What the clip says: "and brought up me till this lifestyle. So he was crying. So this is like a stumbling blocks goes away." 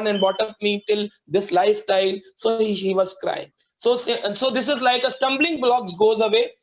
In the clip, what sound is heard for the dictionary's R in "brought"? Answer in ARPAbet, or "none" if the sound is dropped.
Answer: none